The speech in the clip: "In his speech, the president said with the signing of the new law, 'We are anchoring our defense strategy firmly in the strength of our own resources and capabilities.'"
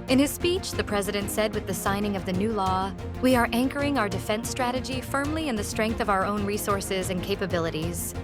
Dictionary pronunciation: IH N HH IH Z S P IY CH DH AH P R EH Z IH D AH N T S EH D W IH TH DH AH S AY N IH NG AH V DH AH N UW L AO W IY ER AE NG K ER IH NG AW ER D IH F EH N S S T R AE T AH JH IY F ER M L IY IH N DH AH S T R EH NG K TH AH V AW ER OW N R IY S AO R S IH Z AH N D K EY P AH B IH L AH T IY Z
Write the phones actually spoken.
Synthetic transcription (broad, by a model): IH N IH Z S P IY CH DH AH P R EH Z IH D AH N T S EH D W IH DH AH S AY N IH NG AH V DH AH N UW L AO W IY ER AE NG K ER IH NG AW ER D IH F EH N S S T R AE T AH JH IY F ER M L IY IH N DH AH S T R EH NG K TH AH V AW ER OW N R IY S AO R S IH Z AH N K EY P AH B IH L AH T IY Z